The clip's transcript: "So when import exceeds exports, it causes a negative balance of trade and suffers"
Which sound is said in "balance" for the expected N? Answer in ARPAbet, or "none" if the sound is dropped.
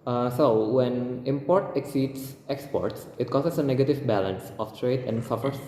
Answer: N